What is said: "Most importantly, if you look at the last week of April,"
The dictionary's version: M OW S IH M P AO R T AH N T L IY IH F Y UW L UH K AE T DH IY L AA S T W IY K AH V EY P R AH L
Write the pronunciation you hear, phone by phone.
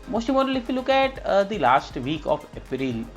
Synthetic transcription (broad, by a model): M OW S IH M AO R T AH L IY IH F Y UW L UH K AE T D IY L AA S T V IY K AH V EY P R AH L